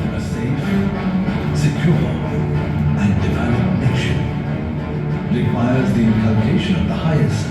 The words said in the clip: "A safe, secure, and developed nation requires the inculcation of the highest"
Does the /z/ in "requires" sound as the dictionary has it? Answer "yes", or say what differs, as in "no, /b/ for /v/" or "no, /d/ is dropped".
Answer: yes